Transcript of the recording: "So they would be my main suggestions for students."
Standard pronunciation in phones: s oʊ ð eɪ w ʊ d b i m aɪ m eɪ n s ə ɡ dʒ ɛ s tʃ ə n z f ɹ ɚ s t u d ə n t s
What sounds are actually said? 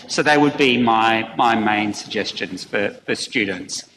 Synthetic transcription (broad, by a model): s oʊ ð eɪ w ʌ d b i m aɪ m eɪ n s ə ɡ dʒ ɛ s tʃ ə n z f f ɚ s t u d n t s